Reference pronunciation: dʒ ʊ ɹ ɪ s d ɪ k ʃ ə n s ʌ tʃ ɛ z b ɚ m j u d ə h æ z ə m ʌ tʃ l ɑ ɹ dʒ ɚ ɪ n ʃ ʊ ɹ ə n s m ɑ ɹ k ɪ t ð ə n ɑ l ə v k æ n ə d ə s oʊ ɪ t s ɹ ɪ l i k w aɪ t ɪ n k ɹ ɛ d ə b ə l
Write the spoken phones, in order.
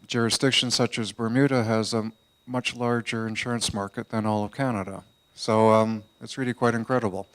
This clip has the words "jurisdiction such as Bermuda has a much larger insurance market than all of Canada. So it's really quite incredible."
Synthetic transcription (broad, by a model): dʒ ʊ ɹ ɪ s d ɪ k ʃ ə n s ʌ tʃ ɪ z b ɚ m j u d ə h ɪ z ə m ʌ tʃ l ɑ ɹ dʒ ɚ ɪ n ʃ ʊ ɹ ə n s m ɑ ɹ k ɪ t ð ə n ɑ l ə v k æ n ə d ə s oʊ ɪ t s ɹ ɪ l i k w aɪ t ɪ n k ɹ ɛ d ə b l